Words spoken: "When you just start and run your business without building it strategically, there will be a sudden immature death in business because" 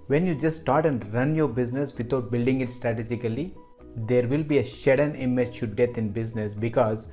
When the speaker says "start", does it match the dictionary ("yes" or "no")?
yes